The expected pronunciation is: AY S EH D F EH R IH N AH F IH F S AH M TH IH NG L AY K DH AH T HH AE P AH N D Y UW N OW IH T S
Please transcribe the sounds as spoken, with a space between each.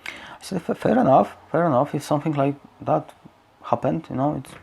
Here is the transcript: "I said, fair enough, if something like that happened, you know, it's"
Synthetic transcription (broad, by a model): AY S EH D F EH R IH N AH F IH F S AH M TH IH NG L AY K DH AH T HH AE P AH N D Y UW N OW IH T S